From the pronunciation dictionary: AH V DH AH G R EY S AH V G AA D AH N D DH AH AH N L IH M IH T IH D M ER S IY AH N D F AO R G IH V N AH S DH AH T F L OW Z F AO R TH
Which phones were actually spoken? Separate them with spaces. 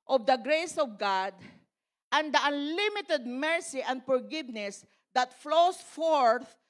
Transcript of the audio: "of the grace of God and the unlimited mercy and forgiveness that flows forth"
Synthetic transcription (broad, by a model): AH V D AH G R EY S AH V G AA D AH N D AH AH N L IH M IH T IH D M ER S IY AH N D F AO R G IH V N AH S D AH T F L OW S F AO R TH